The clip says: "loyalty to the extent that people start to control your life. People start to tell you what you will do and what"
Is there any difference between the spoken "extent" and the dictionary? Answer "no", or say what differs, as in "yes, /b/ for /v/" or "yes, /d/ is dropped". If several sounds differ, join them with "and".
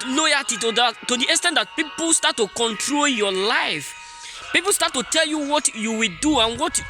yes, /k/ is dropped